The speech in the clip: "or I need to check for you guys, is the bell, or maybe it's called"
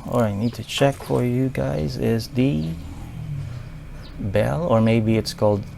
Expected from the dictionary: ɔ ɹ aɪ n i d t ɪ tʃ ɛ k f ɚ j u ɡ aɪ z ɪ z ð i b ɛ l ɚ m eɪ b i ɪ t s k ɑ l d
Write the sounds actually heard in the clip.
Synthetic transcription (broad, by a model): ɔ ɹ aɪ n i d t ɪ tʃ ɛ k f ɚ j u ɡ aɪ z ɪ z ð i b ɛ l ɚ m eɪ b i ɪ t s k ɑ l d